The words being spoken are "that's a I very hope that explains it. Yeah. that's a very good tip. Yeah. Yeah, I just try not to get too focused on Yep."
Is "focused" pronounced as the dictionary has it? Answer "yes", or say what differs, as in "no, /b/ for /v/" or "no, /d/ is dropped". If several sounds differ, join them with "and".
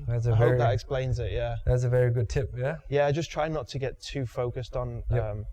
yes